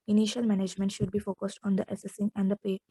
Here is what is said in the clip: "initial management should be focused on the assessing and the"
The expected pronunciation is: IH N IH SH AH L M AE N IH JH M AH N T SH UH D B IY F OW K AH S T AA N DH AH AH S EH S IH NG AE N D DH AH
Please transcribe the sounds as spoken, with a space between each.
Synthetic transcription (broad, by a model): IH N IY SH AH L M AE N IH JH M AH N T SH UH D B IY F OW K AH S T AA N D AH AH S EH S IH NG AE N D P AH